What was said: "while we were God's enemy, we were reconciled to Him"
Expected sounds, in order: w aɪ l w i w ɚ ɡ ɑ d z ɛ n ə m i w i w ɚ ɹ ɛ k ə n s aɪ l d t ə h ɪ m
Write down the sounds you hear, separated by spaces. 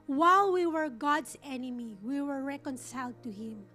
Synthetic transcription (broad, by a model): w aɪ l w i w ɚ ɡ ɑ d s ɛ n ə m i w i w ɚ ɹ ɛ k ə n s aɪ l d t ə h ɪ m